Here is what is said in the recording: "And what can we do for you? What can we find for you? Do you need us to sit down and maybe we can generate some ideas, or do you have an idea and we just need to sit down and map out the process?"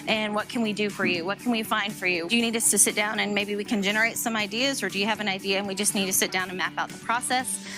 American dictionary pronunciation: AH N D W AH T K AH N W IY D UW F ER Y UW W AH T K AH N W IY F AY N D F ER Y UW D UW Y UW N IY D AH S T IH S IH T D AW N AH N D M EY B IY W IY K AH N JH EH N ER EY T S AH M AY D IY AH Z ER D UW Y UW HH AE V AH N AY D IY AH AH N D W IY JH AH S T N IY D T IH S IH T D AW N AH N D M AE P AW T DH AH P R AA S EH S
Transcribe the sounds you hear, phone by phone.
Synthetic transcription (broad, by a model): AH N W AH T K AH N W IY D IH F ER Y UW W AH T K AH N W IY F AY N D F ER Y UW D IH Y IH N IY D AH S T IH S IH T D AW N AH N M EY B IY W IY K AH N JH EH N ER EY T S AH M AY D IY AH Z ER D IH Y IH V AH N AY D IY AH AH N W IY JH AH S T N IY D T IH S IH T D AW N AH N M AE P AW T DH AH P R AA S EH S